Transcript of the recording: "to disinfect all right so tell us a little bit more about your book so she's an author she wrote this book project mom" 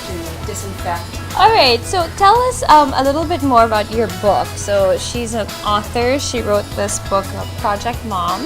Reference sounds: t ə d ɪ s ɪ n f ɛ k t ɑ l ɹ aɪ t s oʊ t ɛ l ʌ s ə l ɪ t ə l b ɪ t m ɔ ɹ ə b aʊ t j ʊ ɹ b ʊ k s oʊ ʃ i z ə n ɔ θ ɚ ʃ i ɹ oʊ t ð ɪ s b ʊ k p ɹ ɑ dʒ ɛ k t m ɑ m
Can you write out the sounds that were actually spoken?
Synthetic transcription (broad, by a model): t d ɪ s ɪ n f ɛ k t ɑ l ɹ aɪ t s oʊ t ɛ l ʌ s ə l ɪ t l b ɪ t m ɔ ɹ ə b aʊ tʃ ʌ ɹ b ʊ k s oʊ ʃ i z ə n ɔ θ ɚ ʃ i ɹ oʊ t ð ɪ s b ʊ k p ɹ ɑ dʒ ɛ k t m ɑ m